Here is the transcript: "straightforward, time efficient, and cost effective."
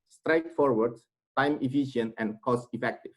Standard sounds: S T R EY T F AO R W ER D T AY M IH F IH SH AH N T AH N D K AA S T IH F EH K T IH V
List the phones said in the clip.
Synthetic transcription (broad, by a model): S T R EY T F AO R W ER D T AY M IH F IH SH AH N AH N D K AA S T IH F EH K T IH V